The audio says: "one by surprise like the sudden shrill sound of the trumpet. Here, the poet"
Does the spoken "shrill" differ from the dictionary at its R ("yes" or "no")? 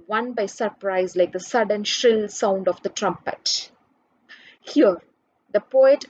no